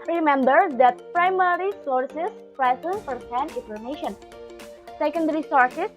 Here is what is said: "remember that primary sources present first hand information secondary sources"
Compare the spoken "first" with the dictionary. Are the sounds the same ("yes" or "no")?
no